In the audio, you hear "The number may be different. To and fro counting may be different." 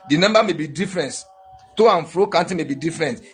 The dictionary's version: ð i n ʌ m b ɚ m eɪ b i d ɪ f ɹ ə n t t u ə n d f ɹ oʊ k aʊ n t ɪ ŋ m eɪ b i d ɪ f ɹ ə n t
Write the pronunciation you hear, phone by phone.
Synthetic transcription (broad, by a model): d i n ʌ m b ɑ m eɪ b i d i f ɹ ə n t t u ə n f ɹ oʊ k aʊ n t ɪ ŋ m eɪ b i d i f ɹ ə n t